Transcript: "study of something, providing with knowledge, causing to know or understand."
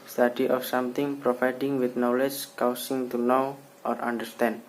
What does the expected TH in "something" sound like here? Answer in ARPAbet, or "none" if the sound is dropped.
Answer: T